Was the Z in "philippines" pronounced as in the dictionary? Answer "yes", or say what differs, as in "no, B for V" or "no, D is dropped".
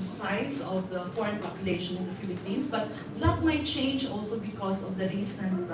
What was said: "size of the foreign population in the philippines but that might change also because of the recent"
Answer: no, S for Z